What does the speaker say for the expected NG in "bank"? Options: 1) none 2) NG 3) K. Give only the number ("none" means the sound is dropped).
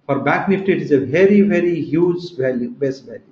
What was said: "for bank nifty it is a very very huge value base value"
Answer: 1